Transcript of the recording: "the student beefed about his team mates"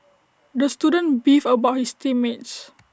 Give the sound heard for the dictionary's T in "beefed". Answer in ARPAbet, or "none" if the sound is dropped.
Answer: none